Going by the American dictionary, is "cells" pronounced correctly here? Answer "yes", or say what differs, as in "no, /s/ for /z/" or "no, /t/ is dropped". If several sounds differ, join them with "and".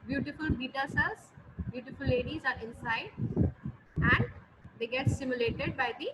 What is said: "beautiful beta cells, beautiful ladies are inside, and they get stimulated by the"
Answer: no, /l/ is dropped